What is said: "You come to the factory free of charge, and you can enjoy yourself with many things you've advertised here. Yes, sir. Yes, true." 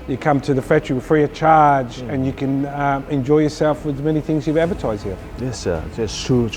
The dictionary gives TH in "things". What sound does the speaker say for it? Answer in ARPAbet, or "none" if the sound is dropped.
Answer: TH